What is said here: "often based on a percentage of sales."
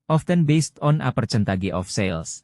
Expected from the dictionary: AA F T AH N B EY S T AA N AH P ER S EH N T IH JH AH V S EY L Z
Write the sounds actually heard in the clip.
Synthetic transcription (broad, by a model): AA F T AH N B EY S T AA N AH P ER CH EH N T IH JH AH F S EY L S